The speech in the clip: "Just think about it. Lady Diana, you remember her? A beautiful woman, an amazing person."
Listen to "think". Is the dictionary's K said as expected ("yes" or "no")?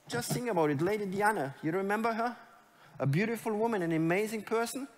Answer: no